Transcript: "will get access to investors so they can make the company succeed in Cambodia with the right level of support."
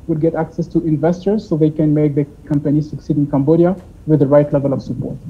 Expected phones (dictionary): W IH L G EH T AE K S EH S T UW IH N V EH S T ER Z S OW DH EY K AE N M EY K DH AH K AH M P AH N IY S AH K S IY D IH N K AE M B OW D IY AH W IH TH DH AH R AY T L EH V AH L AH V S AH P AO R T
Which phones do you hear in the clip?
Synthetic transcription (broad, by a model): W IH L G EH T AE K S EH S T UW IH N V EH S T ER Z S OW DH EY K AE N M EY K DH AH K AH M P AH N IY S AH K S IY D IH N K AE M B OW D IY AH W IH DH AH R AY T L EH V AH L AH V S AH P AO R T